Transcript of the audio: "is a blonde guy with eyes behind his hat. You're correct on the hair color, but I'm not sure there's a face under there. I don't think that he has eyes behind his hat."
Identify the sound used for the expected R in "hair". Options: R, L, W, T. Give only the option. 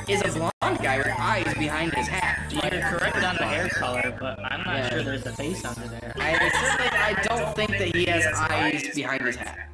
R